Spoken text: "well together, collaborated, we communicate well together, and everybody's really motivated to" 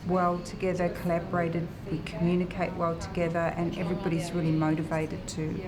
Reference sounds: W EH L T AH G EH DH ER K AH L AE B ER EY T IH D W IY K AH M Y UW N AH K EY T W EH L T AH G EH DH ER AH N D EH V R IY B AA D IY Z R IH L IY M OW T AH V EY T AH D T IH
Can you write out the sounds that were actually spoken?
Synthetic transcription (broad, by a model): W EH L T AH G EH DH ER K AH L AE B ER EY T IH D W IY K AH M Y UW N AH K EY T W EH L T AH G EH DH ER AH N EH V R IY B AA D IY Z R IH L IY M OW T AH V EY T AH D T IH